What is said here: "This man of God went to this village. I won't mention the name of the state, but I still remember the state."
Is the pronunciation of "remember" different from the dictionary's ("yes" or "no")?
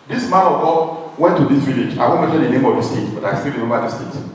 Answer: yes